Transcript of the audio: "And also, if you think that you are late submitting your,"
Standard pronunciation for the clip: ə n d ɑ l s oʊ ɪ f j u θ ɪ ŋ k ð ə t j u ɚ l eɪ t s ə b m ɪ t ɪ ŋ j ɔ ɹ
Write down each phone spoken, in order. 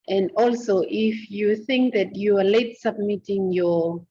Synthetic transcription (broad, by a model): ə n d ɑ l s oʊ ɪ f j u θ ɪ ŋ k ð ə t j u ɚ l eɪ t s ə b m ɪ t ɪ ŋ j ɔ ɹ